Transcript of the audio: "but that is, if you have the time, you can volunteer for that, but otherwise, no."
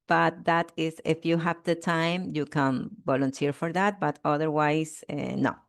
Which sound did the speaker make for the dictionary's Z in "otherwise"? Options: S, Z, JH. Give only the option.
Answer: S